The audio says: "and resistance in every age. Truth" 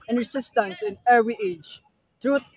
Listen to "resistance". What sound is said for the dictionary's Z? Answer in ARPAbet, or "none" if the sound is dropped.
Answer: S